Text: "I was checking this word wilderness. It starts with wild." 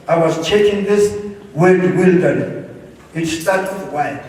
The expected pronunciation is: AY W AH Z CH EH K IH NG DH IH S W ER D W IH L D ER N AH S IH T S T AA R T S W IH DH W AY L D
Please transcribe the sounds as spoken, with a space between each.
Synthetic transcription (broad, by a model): AY W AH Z CH EH K IH NG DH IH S W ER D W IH L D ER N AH IH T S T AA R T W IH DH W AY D